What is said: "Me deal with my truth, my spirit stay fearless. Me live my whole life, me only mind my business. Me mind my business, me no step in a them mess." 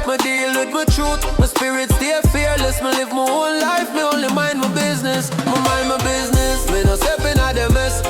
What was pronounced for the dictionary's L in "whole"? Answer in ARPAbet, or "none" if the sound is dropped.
N